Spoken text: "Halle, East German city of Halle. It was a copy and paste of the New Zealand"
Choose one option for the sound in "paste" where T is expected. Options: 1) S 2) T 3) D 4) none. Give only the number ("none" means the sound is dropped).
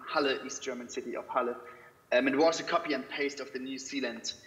2